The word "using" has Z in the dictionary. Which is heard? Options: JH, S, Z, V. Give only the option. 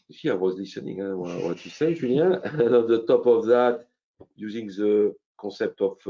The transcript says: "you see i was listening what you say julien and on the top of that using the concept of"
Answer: Z